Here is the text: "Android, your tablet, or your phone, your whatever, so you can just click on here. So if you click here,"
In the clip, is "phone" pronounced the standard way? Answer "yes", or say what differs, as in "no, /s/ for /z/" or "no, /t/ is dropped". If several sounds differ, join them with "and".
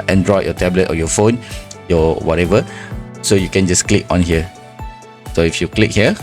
yes